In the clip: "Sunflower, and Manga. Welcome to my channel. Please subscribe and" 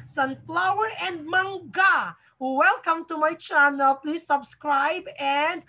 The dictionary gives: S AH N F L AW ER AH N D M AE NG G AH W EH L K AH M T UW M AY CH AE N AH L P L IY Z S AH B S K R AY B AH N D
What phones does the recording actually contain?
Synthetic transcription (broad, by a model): S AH N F L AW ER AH N M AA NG G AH W EH L K AH M T UW M AY CH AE N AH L P L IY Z S AH B S K R AY B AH N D